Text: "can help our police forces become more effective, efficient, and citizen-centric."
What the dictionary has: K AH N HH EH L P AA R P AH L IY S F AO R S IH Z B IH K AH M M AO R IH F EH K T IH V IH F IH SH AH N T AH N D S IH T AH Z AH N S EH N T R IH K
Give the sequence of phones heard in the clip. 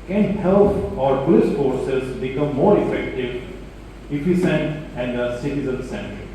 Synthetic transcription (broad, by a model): K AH N HH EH L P AA R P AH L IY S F AO R S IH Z B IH K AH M M AO R IH F EH K T IH V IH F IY S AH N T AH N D S IH T AH Z AH N S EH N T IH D